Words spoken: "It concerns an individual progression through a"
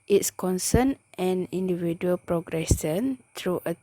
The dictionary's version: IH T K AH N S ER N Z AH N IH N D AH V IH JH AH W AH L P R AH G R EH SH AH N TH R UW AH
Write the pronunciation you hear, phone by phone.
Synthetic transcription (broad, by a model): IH T K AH N S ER N AH N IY N D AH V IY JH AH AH L P R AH G R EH S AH N T R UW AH